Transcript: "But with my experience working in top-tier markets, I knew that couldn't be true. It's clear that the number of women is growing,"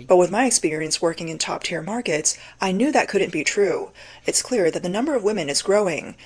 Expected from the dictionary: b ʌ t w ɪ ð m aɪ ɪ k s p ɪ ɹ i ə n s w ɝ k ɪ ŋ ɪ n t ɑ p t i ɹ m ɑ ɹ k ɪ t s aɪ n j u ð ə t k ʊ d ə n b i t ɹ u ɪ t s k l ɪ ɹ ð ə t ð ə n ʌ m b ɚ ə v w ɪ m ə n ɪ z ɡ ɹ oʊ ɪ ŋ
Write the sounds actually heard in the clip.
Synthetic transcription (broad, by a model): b ʌ t w ɪ ð m aɪ ɪ k s p ɪ ɹ i ə n s w ɝ k ɪ ŋ ɪ n t ɑ p t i ɹ m ɑ ɹ k ɪ t s aɪ n j u ð ə t k ʊ d n b i t ɹ u ɪ t s k l ɪ ɹ ð ə t ð ə n ʌ m b ɚ ə v w ɪ m ə n ɪ z ɡ ɹ oʊ ɪ ŋ